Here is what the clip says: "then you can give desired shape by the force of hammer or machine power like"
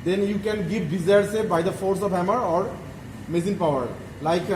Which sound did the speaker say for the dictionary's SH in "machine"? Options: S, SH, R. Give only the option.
S